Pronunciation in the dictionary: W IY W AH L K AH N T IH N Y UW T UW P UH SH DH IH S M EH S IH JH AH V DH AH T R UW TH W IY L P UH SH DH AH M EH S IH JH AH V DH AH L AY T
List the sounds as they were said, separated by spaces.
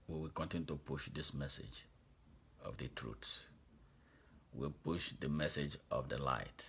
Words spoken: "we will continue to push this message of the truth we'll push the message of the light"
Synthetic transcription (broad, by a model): W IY W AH K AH N T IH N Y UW T UW P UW SH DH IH S M EH S IH JH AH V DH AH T R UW S W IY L P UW SH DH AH M EH S IH JH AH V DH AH L AY T